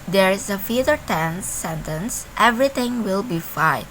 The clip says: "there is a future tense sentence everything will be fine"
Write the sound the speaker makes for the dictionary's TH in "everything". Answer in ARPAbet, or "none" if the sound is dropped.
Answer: T